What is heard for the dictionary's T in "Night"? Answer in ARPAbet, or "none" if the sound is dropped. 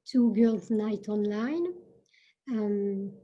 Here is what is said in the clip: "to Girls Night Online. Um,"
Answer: T